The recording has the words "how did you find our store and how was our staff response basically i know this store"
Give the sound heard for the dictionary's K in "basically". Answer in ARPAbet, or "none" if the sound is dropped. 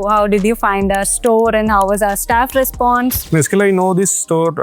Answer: none